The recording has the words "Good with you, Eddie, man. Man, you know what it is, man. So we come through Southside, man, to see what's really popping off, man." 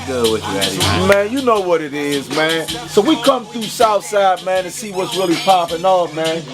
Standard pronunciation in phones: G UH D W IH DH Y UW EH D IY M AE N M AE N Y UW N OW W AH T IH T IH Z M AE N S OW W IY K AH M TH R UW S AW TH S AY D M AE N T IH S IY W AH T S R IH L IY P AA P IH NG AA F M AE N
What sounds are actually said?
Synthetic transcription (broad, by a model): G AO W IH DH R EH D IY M M AE N Y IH N OW W AH T IH T IH Z M AE N S OW W IY K AH M TH R UW S AW TH S AY D M AE N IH S IY W AH T S R IH L IY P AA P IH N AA M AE N